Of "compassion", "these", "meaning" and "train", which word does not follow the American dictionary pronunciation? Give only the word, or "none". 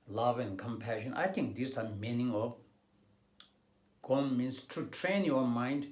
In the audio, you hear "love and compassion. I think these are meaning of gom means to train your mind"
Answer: these